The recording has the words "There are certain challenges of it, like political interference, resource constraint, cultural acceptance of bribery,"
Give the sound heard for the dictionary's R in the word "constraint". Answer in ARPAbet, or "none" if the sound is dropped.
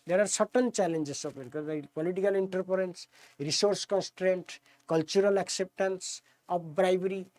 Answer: R